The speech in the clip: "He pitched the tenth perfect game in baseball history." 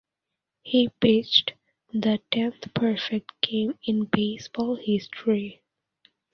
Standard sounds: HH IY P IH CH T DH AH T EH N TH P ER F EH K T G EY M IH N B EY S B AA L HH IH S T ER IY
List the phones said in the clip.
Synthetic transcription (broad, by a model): HH IY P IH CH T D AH T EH N T P ER F EH K T G EY M IH N B EY S B AA L HH IH S T ER IY